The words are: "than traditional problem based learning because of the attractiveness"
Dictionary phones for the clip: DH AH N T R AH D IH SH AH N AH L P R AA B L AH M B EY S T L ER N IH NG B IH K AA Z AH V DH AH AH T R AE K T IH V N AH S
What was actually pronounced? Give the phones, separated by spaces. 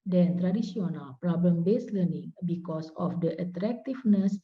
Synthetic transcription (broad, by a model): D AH N T R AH D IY S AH N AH L P R AA B L AH M B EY S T L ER N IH NG B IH K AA S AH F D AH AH T R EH K T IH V N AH S